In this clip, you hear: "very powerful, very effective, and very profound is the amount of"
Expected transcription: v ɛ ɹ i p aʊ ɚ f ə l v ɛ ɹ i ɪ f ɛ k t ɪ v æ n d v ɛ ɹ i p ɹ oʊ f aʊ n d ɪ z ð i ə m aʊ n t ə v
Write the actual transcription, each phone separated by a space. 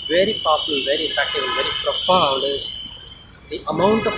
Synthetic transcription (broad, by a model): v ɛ ɹ i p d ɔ p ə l v ɛ ɹ i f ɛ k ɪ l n v ɛ ɹ i p ɹ oʊ f aʊ n d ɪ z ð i ə m aʊ n t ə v